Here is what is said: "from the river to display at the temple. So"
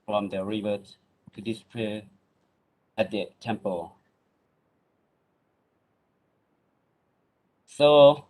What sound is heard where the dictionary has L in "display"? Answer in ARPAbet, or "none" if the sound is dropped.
none